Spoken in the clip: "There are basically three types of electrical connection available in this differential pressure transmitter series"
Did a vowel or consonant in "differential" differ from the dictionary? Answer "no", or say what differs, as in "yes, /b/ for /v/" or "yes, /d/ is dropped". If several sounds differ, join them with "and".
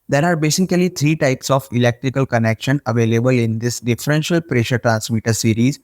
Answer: no